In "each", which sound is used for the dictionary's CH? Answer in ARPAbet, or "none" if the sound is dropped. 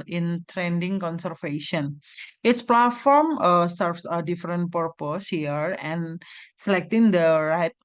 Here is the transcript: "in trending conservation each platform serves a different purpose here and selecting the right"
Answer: S